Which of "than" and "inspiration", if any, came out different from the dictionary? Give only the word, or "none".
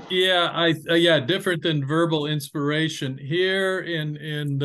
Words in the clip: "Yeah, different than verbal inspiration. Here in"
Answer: none